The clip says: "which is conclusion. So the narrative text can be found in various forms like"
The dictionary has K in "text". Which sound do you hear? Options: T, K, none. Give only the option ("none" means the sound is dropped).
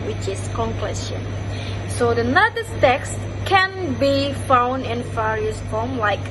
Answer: K